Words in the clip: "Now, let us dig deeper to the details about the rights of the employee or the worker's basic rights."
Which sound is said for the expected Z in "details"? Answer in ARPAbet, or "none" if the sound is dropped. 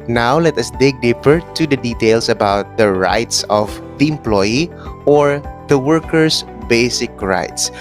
S